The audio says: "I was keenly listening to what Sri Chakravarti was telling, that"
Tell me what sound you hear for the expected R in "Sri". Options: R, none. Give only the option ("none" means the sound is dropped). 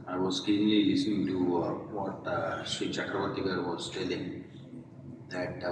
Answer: none